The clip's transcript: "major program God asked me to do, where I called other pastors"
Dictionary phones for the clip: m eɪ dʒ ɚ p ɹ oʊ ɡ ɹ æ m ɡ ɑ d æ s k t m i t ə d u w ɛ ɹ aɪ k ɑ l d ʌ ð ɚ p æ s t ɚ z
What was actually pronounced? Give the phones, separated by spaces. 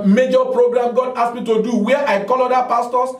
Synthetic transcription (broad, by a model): m eɪ dʒ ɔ p ɹ oʊ ɡ ɹ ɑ m ɡ ɑ d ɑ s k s m i t ə d u w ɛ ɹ aɪ k ɑ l ɔ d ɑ p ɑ s t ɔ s